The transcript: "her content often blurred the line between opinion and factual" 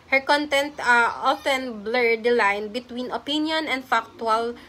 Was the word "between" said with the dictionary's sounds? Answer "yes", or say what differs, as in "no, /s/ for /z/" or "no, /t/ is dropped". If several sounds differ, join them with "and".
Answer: yes